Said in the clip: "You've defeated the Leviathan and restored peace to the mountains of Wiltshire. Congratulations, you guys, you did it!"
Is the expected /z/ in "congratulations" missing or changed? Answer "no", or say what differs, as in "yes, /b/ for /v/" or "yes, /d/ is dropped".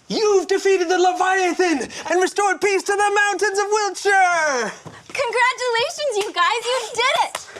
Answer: no